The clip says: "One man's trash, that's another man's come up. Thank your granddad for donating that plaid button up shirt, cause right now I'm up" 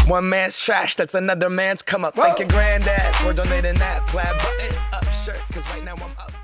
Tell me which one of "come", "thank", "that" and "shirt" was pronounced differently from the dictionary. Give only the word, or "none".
thank